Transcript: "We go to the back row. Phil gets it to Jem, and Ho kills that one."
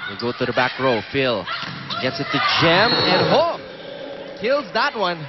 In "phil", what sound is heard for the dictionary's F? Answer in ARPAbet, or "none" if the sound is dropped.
F